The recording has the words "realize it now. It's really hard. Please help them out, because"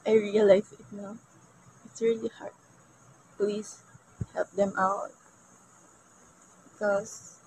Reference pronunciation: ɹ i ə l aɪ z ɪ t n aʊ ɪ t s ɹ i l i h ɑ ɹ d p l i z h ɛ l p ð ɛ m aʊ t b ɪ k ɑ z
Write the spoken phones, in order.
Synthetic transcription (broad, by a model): ɹ i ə l aɪ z ɪ t n aʊ ɪ t s ɹ i l i h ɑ ɹ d p l i s h ɛ l p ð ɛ m aʊ t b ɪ k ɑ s